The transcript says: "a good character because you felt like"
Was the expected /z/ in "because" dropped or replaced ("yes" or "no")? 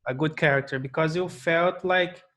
no